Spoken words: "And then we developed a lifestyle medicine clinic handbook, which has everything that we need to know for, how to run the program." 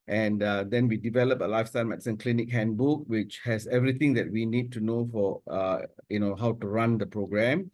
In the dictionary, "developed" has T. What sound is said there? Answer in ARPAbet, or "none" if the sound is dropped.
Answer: none